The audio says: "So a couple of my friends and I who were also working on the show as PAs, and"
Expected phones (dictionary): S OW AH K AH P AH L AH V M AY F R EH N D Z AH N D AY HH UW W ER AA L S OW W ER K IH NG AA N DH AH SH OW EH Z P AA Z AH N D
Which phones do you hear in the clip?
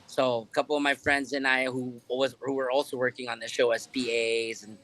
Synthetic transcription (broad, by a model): S OW AH K AH P L AH V M AY F R EH N D Z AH N AY HH UW W ER AA L S OW W ER K IH NG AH N DH AH SH OW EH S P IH Z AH N